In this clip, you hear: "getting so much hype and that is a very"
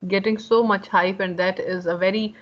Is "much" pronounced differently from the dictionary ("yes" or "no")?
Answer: no